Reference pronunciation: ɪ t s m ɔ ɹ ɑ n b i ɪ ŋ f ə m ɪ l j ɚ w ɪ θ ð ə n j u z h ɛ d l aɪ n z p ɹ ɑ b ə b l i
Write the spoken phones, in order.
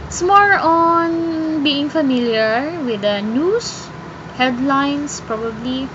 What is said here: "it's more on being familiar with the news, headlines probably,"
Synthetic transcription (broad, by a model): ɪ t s m ɔ ɹ ɑ n b i ɪ ŋ f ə m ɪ l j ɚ w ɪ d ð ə n j u s h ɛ d l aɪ n s p ɹ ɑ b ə b l i